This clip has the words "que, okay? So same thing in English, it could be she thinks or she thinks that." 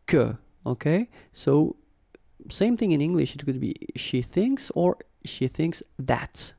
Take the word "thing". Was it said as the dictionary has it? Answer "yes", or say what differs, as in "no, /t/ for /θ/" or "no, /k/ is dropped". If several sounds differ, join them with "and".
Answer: yes